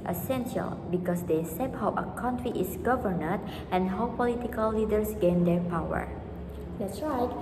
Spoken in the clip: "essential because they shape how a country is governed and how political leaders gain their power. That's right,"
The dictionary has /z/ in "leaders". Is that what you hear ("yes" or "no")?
no